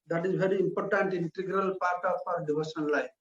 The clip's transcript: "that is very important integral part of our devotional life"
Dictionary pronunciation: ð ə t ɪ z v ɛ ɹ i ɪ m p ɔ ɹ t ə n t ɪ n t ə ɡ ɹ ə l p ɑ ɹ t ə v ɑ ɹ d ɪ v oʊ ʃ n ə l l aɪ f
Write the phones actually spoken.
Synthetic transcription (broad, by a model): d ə t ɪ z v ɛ ɹ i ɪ m p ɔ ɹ t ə n t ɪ n t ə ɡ ɹ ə l p ɑ ɹ t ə p ɑ ɹ d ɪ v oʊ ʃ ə n l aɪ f